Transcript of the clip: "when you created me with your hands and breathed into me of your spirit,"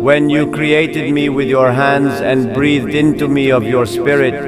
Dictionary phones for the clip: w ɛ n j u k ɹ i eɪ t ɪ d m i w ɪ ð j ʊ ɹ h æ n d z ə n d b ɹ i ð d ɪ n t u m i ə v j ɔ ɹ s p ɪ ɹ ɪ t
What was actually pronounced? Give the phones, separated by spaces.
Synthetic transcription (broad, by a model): w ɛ n j u k ɹ i eɪ t ɪ d m i w ɪ ð j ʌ ɹ h æ n d z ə n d b ɹ i ð d ɪ n t u m i ə v j ɔ ɹ s p ɪ ɹ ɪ t